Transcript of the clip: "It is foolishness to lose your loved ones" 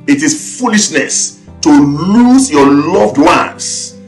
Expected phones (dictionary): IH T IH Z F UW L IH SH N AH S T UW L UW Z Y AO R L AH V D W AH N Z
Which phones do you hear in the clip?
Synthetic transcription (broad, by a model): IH T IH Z F UW L IH SH N AH S T UW L UW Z Y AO L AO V D W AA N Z